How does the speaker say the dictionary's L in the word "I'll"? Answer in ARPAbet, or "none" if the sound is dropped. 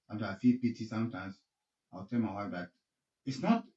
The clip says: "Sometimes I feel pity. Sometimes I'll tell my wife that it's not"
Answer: W